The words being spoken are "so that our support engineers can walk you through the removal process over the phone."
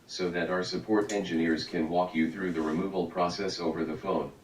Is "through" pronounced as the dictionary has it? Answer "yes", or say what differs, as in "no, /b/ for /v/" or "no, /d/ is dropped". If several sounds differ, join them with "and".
yes